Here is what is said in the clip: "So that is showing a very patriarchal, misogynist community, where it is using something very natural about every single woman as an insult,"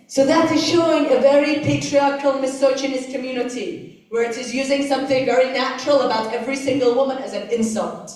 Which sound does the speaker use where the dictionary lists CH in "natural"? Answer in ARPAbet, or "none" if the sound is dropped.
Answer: CH